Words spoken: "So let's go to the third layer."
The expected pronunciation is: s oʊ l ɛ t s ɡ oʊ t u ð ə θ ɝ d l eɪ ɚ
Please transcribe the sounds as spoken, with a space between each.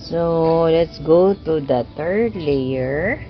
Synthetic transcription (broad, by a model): s oʊ l ɛ t s ɡ oʊ t u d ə t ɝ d l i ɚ